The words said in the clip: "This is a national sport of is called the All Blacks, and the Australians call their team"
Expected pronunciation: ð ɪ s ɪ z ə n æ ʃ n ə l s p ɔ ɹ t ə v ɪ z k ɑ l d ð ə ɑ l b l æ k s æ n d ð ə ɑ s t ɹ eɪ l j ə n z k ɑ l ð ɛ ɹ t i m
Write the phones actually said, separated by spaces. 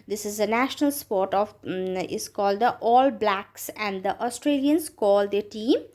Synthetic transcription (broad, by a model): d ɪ s ɪ z ə n æ ʃ n ə l s p ɔ ɹ t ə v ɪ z k ɑ l d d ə ɑ l b l æ k s æ n d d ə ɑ s t ɹ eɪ l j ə n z k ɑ l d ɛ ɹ t i m